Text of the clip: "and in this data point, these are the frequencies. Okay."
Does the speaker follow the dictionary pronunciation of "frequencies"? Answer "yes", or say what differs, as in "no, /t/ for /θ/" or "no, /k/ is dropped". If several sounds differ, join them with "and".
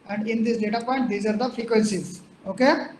yes